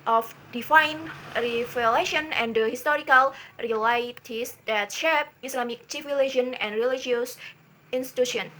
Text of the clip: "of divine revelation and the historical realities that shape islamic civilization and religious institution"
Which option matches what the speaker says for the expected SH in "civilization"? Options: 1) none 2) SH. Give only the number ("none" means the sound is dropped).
1